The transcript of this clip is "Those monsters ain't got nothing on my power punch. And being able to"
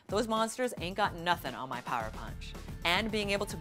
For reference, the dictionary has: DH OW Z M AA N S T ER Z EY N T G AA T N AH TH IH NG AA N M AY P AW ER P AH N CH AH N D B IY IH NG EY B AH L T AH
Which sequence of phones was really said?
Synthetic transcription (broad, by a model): DH OW Z M AA N S T ER Z EY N G AA T N AH TH IH NG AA N M AY P AW ER P AH N CH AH N B IY IH NG EY B L T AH